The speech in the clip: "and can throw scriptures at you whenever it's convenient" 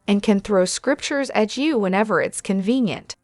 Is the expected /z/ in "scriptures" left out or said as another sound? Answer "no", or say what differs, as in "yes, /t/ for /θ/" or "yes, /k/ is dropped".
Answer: no